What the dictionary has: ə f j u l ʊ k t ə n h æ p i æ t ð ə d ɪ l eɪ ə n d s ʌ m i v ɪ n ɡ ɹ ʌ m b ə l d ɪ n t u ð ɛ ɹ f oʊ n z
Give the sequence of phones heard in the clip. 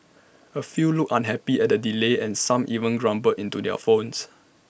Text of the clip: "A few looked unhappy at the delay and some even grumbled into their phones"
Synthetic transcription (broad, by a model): ə f j u l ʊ k ə n h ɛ p i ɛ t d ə d ɪ l eɪ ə n s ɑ m i v ɪ n ɡ ɹ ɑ m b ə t ɪ n t u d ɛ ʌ f oʊ n s